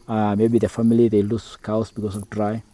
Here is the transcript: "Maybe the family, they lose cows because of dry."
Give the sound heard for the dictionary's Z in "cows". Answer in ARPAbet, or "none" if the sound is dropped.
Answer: S